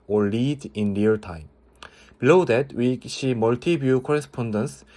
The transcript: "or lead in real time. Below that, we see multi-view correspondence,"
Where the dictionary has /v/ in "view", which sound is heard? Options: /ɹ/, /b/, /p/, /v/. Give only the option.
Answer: /b/